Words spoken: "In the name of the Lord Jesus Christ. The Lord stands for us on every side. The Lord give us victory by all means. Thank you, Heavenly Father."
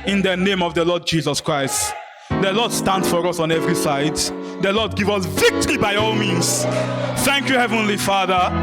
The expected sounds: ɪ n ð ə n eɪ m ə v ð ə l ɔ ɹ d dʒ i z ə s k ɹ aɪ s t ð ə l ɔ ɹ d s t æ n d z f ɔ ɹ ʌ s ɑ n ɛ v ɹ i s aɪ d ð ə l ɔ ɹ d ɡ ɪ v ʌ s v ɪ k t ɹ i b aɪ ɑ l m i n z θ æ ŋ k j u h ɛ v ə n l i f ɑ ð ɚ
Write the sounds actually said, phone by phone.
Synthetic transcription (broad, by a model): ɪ n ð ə n eɪ m ə v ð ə l ɔ d dʒ i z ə s k ɹ aɪ s t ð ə l ɔ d s t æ n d f ɔ ɹ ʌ s ɑ n ɛ v ɹ i s aɪ d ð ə l ɔ d ɡ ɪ v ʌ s v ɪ k t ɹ i b aɪ ɑ l m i n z θ æ ŋ k j u h ɛ v ə n l i f ɑ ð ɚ